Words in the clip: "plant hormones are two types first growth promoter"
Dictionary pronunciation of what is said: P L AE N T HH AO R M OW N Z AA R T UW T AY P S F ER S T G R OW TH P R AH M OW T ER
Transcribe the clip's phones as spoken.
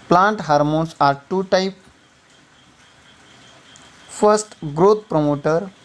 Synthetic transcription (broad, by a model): P L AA N T HH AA R M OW N S AA R T UW T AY P F ER S T G R OW T P R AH M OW T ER